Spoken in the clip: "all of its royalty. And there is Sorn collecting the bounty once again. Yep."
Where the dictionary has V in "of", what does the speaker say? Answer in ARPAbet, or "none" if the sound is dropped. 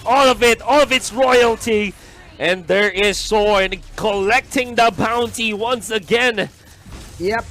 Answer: V